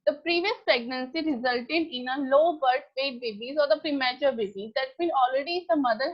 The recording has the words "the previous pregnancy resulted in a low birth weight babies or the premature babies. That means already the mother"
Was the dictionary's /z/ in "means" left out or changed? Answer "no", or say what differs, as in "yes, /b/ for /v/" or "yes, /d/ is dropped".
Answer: yes, /z/ is dropped